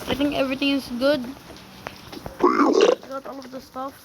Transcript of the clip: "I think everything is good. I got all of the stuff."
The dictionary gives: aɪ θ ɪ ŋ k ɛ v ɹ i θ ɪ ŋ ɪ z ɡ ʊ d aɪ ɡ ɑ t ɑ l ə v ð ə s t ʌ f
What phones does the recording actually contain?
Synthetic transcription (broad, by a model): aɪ t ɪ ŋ ɛ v ɹ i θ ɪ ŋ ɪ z ɡ ʊ d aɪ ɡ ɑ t ɑ l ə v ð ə s t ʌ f